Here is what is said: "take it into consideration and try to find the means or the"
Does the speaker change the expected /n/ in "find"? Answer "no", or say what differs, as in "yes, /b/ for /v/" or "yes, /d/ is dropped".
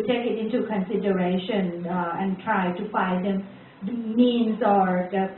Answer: yes, /n/ is dropped